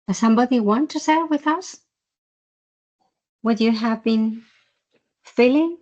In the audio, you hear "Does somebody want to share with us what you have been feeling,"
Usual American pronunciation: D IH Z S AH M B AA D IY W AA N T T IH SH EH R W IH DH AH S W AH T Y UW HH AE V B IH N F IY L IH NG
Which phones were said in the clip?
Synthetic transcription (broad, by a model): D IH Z S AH M B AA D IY W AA N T T IH S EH W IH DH AH S W AH T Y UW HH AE V B IH N F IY L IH NG